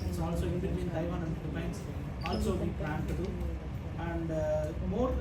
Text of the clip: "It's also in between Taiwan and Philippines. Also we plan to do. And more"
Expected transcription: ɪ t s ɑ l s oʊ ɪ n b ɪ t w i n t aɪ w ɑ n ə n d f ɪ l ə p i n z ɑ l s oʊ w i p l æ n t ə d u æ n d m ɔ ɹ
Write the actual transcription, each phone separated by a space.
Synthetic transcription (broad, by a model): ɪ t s ɑ l s oʊ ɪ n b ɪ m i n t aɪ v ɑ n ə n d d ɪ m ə ɪ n s ɑ l s oʊ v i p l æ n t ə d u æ n d m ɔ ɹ